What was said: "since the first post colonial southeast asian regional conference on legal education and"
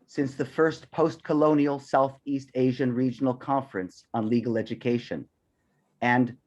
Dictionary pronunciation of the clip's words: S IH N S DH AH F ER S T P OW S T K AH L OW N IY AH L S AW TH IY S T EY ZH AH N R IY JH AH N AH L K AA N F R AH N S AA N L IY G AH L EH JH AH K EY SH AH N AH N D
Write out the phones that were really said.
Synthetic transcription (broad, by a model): S IH N S DH AH F ER S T P OW S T K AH L OW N IY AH L S AW TH IY S T EY ZH AH N R IY JH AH N L K AA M F R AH N S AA N L IY G L EH JH AH K EY SH AH N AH N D